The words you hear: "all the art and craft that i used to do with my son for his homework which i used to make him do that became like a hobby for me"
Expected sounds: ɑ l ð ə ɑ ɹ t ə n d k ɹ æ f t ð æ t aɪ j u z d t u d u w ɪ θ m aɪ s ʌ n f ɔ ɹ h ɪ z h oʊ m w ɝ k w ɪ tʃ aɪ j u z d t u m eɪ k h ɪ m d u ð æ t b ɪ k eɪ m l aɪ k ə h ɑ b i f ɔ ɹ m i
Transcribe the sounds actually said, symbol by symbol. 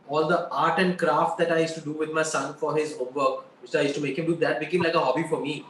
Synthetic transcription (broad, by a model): ɑ l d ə ɑ ɹ t ə n d k ɹ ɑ f t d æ t aɪ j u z t u d u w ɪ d m aɪ s ʌ n f ɔ ɹ h ɪ z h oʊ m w ɝ k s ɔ aɪ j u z t u m eɪ k h ɪ m d u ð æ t b ɪ k eɪ m l aɪ k ə h ɑ b i f ɔ ɹ m i